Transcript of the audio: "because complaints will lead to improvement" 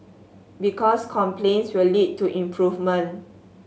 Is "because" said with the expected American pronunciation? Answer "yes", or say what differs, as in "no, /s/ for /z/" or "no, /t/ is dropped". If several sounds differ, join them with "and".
no, /s/ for /z/